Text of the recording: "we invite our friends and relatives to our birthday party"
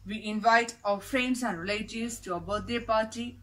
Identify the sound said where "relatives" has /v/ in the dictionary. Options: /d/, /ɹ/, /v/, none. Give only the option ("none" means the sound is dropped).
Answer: none